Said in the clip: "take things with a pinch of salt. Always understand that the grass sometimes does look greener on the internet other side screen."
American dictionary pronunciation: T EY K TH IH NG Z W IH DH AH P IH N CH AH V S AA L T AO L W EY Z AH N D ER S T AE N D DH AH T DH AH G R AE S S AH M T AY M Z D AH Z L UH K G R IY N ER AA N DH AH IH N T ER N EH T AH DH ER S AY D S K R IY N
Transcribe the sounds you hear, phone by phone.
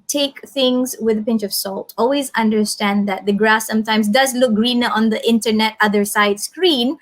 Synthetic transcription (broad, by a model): T EY K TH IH NG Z W IH DH AH P IH N CH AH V S AA L T AO L W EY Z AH N D ER S T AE N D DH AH T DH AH G R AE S S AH M T AY M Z D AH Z L UH K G R IY N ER AA N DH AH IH N T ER N EH T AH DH ER S AY D S K R IY N